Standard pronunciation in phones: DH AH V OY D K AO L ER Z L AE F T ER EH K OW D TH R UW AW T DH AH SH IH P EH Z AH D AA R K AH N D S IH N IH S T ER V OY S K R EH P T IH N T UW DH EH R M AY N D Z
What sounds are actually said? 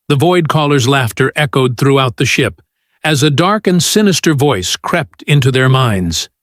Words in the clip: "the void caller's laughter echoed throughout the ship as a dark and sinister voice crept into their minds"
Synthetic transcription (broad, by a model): DH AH V OY D K AO L ER Z L AE F T ER EH K OW D TH R UW AW T DH AH SH IH P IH Z AH D AA R K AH N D S IH N IH S T ER V OY S K R EH P T IH N T UW DH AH R M AY N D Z